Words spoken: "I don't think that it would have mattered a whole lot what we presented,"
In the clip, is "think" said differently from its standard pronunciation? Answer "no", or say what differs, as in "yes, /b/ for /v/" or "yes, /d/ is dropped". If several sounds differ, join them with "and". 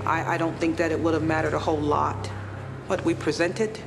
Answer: no